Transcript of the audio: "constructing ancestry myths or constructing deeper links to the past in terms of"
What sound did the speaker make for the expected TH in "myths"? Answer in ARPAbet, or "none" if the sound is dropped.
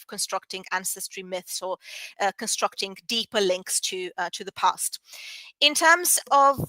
TH